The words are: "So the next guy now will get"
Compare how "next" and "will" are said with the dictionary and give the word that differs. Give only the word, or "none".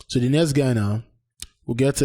next